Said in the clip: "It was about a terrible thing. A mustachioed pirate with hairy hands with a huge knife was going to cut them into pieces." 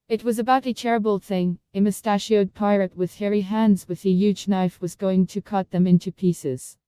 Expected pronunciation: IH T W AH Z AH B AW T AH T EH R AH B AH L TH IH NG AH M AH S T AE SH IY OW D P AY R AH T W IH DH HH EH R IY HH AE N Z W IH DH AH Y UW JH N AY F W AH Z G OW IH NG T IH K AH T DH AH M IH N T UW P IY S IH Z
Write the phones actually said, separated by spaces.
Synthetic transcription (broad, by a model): IH T W AH Z AH B AW T AH T EH R AH B AH L TH IH NG AH M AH S T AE SH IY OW D P AY R AH T W IH DH HH EH R IY HH AE N Z W IH DH AH Y UW JH N AY F W AH Z G OW IH NG T IH K AH T DH AH M IH N T UW P IY S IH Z